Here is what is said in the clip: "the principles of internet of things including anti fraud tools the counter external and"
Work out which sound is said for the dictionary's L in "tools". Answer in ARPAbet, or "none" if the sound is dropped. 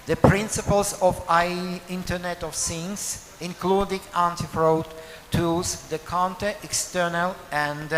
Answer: none